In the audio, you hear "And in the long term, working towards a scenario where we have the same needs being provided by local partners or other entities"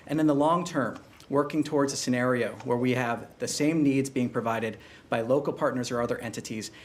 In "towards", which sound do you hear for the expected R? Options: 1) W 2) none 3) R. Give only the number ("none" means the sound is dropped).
3